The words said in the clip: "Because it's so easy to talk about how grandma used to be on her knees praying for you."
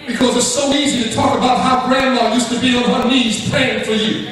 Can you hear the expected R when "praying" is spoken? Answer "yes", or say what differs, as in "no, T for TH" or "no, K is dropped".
no, L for R